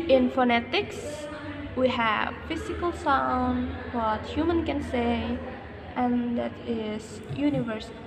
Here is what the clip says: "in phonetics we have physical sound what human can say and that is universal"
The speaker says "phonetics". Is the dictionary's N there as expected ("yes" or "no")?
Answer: yes